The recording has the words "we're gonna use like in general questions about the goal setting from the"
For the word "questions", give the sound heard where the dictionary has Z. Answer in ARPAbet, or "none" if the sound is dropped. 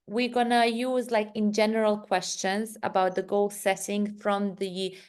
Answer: Z